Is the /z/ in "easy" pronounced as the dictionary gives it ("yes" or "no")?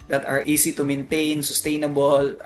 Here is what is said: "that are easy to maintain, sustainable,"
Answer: no